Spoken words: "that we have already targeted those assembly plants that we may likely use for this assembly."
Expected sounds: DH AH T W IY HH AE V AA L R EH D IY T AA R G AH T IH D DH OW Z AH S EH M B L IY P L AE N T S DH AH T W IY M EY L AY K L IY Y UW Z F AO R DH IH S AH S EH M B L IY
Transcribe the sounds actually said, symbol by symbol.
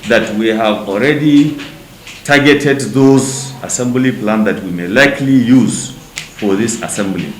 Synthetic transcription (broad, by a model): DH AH T W IY HH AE V AA L R EH D IY T AA R G AH T IH D DH OW Z AH S EH M B L IY P L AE N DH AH T W IY M EY L AY K L IY Y UW Z F AO R DH IH S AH S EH M B L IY